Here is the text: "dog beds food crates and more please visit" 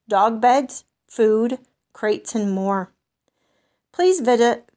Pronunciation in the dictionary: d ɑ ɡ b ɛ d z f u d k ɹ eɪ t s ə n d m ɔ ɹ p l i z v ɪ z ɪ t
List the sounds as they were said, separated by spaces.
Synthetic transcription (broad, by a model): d ɑ ɡ b ɛ d z f u d k ɹ eɪ t s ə n m ɔ ɹ p l i z v ɪ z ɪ t